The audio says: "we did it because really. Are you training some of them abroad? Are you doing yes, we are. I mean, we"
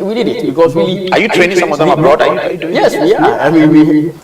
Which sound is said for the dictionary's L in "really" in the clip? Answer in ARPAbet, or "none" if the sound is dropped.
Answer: none